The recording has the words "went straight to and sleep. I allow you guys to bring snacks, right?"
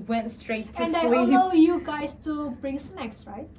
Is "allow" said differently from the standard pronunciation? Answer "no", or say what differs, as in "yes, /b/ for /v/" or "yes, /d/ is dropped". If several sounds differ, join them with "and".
yes, /l/ is dropped